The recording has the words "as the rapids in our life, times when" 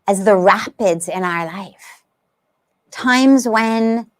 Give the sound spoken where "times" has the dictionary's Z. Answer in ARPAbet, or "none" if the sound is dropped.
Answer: Z